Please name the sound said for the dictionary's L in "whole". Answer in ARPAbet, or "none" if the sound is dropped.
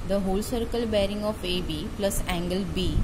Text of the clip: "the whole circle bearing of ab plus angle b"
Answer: L